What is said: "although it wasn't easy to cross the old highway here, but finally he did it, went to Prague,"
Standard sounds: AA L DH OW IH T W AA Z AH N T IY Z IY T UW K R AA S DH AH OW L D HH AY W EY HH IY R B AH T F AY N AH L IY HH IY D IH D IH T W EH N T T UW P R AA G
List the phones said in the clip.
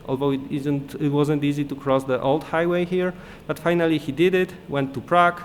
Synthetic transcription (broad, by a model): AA L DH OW IH T W AA Z AH N T IY Z IY T UW K R AA S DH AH OW L D HH AY W EY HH IY R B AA T F AY N AH L IY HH IY D IH D IH T W EH N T T UW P R AA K